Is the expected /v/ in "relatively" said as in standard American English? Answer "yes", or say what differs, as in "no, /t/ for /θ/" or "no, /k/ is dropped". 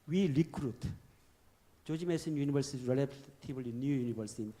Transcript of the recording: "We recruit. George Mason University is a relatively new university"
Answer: no, /v/ is dropped